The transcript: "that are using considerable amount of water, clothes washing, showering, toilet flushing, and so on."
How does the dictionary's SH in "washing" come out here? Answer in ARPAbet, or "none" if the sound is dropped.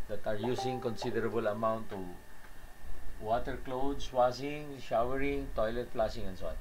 S